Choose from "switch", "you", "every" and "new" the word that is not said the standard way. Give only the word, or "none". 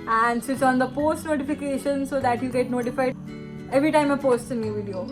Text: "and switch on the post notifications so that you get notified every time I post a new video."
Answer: switch